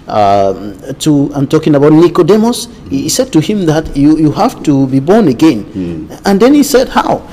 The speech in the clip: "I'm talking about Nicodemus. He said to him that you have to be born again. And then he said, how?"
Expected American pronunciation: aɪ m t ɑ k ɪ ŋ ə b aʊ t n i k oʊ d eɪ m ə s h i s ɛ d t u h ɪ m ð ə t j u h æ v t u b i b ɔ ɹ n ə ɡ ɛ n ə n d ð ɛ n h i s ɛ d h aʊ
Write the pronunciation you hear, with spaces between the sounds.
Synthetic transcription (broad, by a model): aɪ m t ɑ k ɪ ŋ ə b aʊ t n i k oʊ d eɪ m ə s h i s ɛ d t u h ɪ m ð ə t j u h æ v t u b i b ɔ ɹ n ə ɡ ɛ n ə n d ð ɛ n h i s ɛ d h aʊ